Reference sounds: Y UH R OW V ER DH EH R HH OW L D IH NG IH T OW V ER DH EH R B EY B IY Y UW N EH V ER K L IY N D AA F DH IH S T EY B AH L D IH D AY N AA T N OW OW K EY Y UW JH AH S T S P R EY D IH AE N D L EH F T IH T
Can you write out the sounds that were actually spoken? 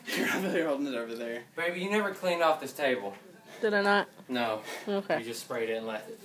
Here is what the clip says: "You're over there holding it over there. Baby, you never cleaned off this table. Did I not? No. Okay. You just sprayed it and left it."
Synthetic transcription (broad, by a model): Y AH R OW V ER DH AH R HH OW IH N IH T OW V ER DH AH R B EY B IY Y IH N EH V ER K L IY N AA F DH IH S T EY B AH L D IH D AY N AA T N OW OW K EY JH AH S T S P R EY D IH N L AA IH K